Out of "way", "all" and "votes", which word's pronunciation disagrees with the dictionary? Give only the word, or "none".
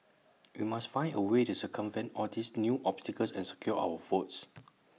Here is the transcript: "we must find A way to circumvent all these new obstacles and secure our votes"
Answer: votes